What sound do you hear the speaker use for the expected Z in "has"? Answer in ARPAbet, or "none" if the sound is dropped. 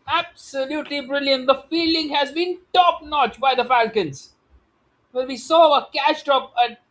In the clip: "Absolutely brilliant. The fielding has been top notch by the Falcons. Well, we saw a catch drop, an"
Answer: Z